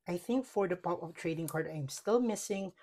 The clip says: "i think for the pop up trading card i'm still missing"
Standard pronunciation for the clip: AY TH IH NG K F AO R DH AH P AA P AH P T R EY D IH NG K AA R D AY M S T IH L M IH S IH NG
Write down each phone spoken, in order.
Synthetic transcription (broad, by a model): AY TH IH NG K F AO R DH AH P AA P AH F T R EY D IH NG K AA R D AY M S T IH L M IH S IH NG